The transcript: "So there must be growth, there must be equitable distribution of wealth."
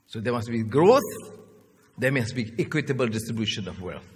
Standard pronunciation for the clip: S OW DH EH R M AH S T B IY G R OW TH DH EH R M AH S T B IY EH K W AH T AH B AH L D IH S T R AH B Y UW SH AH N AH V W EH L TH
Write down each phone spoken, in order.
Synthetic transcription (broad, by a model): S OW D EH M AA S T B IY G R OW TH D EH M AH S B IY EH K W AH T AH B AH L D IH S T R AH B Y UW SH AH N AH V W EH L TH